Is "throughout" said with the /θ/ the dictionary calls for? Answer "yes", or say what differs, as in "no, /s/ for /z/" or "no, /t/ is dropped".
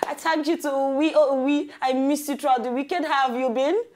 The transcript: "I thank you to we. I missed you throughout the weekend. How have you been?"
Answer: no, /t/ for /θ/